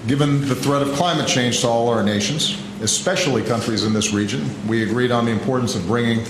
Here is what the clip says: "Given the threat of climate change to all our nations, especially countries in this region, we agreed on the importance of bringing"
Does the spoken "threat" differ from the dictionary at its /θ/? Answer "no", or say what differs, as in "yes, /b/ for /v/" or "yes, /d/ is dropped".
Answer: no